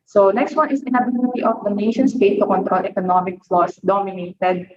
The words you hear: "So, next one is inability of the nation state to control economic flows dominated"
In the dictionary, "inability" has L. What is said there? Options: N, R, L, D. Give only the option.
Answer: N